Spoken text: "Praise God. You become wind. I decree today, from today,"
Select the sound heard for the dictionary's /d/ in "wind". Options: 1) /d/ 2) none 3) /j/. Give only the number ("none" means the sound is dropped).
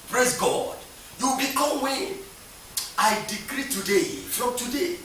2